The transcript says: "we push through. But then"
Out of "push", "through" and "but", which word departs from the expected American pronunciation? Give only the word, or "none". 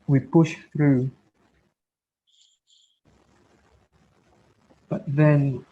none